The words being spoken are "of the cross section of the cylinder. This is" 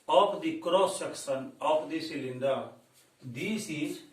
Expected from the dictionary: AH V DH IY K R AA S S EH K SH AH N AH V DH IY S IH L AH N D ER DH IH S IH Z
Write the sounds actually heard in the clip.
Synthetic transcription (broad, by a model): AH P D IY K R AA S SH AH K S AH N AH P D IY S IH L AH N D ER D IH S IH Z